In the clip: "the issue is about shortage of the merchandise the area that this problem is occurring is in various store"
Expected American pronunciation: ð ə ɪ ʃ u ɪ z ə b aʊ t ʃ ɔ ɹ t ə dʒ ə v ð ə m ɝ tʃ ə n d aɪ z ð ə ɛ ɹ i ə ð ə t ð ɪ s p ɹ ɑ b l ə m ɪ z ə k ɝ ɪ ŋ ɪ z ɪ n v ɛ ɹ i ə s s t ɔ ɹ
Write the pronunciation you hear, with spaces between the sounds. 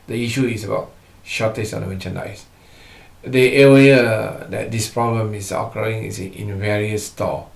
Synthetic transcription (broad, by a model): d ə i ʃ u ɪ s ə b aʊ t ʃ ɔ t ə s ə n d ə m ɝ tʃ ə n aɪ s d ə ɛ w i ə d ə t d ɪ s p ɹ ɑ b l ə m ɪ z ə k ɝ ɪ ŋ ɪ s ɪ n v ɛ ɹ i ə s s t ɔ